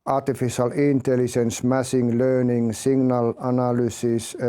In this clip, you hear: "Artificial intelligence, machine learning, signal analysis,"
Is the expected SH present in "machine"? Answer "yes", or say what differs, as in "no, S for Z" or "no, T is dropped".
no, S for SH